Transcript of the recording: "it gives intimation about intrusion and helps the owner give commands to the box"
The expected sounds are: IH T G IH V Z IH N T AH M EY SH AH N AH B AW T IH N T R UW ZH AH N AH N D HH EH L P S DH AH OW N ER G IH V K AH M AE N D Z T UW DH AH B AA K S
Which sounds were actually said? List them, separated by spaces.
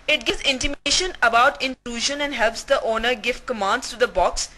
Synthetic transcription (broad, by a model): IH T G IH Z IH N T AH M EY SH AH N AH B AW T IH N T R UW ZH AH N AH N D HH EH L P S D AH OW N ER G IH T K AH M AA N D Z T UW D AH B AA K S